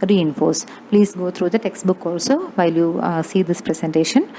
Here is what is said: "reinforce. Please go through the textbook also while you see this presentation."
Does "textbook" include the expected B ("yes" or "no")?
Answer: yes